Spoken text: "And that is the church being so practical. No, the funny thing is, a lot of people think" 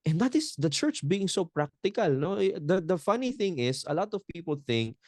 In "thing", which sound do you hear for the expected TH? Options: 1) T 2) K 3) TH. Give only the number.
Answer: 3